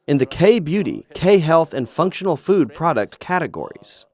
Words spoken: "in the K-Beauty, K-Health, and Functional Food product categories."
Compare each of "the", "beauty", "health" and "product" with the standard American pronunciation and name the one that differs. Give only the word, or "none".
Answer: none